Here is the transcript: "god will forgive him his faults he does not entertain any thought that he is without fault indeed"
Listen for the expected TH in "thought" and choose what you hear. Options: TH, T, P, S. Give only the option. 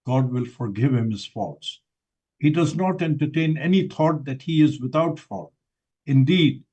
T